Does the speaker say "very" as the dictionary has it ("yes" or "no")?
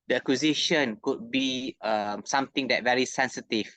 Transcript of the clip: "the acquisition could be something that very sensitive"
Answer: yes